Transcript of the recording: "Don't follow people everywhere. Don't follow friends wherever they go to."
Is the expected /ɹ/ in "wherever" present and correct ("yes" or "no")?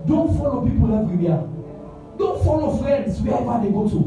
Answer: no